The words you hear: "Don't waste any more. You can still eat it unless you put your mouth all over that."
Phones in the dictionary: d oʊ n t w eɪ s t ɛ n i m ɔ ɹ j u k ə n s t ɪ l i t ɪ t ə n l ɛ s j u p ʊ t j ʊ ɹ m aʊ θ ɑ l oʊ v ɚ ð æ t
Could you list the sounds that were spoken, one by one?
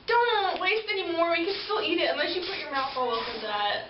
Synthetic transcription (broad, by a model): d oʊ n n w eɪ s t ɛ n i m ɔ ɹ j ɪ k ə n s t ɪ l i t ɪ t ə n l ɛ s j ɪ p ʊ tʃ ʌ ɹ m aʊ f ɑ l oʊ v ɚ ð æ t